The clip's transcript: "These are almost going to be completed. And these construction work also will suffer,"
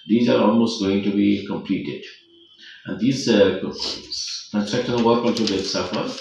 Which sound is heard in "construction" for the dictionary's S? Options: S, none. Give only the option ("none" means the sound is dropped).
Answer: none